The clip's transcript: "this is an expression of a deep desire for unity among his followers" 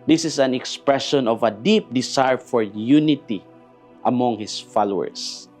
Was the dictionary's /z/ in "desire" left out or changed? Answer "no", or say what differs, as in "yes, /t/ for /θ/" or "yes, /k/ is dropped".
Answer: yes, /s/ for /z/